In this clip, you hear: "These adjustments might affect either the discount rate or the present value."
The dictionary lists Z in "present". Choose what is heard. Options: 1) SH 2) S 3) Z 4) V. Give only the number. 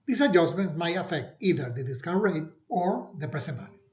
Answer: 2